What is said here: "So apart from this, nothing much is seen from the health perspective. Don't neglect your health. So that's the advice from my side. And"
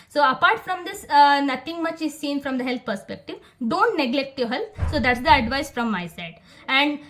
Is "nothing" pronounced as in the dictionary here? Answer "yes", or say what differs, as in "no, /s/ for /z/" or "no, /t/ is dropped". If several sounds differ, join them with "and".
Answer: no, /t/ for /θ/